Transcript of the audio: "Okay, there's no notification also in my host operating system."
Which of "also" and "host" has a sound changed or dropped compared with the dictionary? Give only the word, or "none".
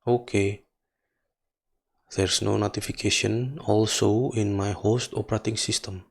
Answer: none